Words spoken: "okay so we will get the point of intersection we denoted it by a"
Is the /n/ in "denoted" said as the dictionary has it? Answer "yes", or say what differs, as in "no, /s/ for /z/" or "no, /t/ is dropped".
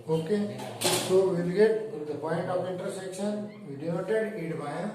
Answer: no, /n/ is dropped